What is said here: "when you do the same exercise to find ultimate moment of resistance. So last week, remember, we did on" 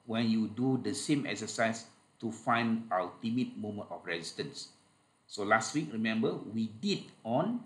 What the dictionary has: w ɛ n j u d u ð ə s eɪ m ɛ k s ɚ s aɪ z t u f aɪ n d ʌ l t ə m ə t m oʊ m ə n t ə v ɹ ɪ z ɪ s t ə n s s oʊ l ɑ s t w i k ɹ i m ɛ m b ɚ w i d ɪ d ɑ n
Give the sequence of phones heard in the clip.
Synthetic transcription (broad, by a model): w ɛ n j u d u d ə s eɪ m ɛ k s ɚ s aɪ s t u f aɪ n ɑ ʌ t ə m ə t m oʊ m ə n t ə f ɹ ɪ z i s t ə n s s oʊ l ɑ s t w i k ɹ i m ɛ m b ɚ w i d ɪ d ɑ n